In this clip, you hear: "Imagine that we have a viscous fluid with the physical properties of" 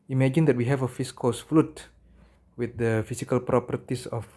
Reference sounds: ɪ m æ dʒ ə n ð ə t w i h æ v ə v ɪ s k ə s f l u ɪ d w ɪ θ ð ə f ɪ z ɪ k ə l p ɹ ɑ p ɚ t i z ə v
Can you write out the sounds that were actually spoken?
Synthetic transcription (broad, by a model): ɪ m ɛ dʒ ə n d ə t w i h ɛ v ə f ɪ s k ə s f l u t w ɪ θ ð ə f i s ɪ k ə l p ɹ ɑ p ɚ t i s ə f